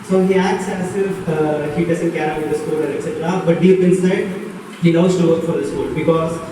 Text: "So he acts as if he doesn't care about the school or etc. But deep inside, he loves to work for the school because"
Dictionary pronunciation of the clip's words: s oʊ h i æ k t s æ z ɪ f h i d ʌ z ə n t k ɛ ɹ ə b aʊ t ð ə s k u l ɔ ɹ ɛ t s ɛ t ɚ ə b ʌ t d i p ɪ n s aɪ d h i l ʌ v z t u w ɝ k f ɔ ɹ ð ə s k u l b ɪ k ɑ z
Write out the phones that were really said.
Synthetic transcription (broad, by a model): s oʊ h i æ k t s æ s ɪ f h i d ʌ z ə n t k ɛ ɹ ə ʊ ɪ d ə s k u l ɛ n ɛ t s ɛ t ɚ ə b ʌ t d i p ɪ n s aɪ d h i n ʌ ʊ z t u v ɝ k f ɔ ɹ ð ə s k u l b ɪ k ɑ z